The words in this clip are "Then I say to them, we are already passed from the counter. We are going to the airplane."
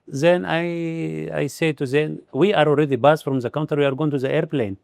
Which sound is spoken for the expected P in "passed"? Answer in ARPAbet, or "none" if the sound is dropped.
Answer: B